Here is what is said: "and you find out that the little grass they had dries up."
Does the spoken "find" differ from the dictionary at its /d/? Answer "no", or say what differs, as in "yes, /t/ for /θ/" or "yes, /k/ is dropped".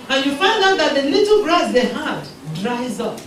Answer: no